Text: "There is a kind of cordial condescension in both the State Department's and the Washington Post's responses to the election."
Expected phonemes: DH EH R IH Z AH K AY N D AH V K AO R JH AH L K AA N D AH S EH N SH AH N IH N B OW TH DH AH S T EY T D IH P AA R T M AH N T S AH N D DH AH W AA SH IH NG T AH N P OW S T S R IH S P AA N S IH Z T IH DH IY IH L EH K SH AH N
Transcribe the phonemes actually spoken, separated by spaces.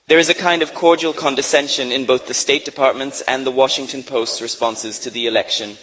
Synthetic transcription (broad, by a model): DH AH R IH Z AH K AY N D AH V K AO R JH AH L K AA N D AH S EH N SH AH N IH N B OW TH DH AH S T EY T D IH P AA R T M AH N T S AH N DH AH W AA SH IH NG T AH N P OW S T S R IH S P AA N S IH Z T IH DH IY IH L EH K SH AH N